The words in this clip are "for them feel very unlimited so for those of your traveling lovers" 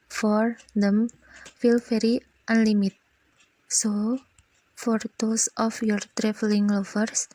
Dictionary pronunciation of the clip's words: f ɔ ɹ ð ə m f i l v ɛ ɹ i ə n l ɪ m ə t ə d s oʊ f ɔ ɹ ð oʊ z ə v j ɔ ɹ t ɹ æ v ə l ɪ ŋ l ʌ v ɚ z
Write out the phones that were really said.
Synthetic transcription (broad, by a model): f ɔ ɹ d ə m f i l f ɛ ɹ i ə n l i m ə t s oʊ f ɔ ɹ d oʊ s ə f j ɔ ɹ t ɹ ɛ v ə l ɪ ŋ l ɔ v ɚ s